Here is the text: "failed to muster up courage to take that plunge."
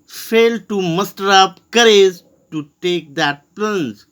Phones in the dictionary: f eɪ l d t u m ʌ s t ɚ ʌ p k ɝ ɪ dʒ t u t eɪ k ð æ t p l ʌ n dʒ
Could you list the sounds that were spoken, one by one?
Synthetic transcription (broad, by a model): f eɪ l d t u m ʌ s t ɚ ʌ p k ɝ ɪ z t u t eɪ k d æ t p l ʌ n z